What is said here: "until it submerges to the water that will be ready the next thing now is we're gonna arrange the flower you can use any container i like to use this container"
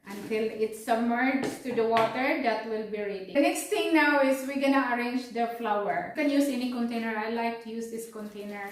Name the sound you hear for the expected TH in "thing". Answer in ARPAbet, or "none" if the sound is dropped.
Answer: T